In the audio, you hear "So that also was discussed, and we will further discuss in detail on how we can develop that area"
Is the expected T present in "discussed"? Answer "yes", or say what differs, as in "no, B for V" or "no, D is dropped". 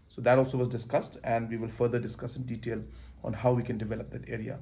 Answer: yes